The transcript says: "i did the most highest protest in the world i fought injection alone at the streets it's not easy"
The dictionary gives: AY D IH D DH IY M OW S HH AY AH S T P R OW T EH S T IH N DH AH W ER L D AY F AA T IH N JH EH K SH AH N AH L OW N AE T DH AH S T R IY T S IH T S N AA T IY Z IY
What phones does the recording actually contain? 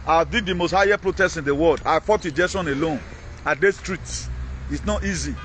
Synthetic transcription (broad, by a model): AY D IH D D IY M OW S HH AY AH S P R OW T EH S IH N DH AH W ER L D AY F AA T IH JH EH SH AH N AH L OW N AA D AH S T R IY T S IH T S N AA T IY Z IY